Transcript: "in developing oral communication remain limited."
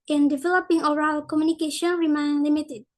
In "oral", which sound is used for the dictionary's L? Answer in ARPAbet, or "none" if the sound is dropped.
L